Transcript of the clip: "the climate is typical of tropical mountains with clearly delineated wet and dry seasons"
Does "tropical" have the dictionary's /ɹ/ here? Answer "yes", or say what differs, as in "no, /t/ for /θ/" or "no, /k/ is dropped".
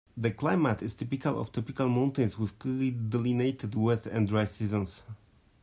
no, /ɹ/ is dropped